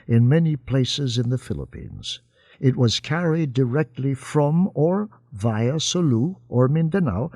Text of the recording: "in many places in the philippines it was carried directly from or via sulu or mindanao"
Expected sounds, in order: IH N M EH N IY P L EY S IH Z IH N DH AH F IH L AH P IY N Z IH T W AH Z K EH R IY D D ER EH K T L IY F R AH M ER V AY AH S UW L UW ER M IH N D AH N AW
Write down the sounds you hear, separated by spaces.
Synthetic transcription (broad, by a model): IH N M EH N IY P L EY S IH Z IH N DH AH F IH L AH P IY N Z IH T W AH Z K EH R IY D D ER EH K T L IY F R AH M ER V AY AH S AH L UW ER M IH N D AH N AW